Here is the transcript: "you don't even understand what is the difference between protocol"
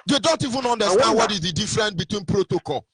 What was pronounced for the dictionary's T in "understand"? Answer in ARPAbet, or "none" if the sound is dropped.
S